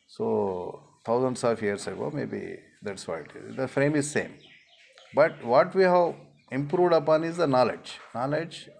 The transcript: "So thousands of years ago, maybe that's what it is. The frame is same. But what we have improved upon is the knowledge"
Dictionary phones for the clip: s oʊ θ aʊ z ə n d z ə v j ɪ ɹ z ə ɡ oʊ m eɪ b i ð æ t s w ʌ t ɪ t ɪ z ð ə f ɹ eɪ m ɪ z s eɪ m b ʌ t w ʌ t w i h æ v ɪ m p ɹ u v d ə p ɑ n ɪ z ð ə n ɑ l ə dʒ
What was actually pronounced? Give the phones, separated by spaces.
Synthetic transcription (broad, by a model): s oʊ t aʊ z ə n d s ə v j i ɹ s ə ɡ oʊ m eɪ b i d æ t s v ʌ ɪ t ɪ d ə f ɹ eɪ m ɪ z s eɪ m b ʌ t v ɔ t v i h æ v ɪ m p ɹ u v d ə p ɑ n ɪ z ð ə n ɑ l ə dʒ